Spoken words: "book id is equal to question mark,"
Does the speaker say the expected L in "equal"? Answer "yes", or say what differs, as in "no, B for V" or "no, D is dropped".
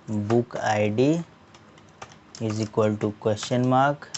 yes